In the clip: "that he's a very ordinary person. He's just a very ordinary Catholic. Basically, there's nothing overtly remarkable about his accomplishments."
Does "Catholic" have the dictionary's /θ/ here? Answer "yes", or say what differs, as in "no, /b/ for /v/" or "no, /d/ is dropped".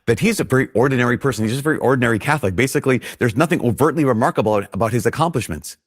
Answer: yes